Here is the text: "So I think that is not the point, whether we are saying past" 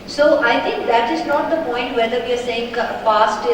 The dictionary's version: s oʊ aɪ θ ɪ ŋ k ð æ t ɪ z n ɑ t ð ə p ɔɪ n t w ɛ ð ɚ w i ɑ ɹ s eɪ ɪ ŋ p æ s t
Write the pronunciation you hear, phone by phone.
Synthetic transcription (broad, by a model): s oʊ aɪ t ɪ ŋ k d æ t ɪ z n ɑ t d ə p ɔɪ n t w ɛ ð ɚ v i ɑ ɹ s eɪ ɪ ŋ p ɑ s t